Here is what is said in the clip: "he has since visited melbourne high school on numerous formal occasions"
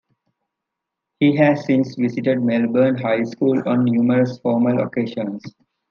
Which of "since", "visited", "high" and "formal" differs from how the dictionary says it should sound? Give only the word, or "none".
visited